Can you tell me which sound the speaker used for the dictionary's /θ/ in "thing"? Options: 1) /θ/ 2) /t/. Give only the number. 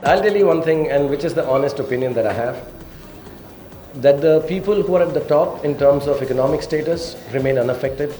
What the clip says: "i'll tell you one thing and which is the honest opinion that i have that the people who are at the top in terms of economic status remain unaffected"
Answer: 2